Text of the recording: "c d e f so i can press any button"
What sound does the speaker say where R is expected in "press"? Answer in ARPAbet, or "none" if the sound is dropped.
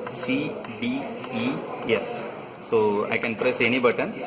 R